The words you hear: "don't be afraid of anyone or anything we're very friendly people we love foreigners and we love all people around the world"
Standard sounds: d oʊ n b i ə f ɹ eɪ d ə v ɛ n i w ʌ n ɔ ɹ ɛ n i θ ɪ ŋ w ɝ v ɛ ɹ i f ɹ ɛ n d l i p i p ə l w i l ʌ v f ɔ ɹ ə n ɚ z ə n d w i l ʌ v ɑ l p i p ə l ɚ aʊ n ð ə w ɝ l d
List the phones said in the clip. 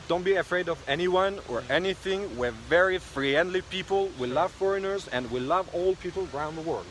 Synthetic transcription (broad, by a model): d oʊ n b i ə f ɹ eɪ d ə v ɛ n i w ʌ n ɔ ɹ ɛ n i θ ɪ ŋ w ɝ v ɛ ɹ i f ɹ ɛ n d l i p i p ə l w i l ʌ v f ɔ ɹ ə n ɚ z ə n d w i l ʌ v ɑ l p i p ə l ɚ aʊ n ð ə w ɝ l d